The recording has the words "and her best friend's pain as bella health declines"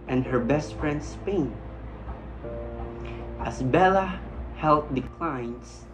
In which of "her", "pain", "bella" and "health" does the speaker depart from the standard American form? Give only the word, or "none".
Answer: health